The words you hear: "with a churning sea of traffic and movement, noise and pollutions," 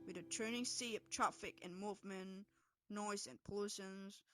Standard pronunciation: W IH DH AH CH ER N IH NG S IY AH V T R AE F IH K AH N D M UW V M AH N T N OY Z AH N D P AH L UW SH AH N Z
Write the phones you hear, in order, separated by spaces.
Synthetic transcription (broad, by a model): W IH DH AH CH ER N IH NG S IY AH P T R AE F IH K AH N M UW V M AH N N OY Z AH N P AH L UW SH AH N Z